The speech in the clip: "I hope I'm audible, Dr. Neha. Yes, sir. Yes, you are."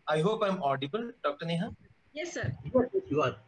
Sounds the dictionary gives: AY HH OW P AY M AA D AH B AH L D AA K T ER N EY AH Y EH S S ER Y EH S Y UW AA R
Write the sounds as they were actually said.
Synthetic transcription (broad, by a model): AY HH OW P AY M AA D AH B AH L D AA K T ER N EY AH Y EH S S ER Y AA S Y UW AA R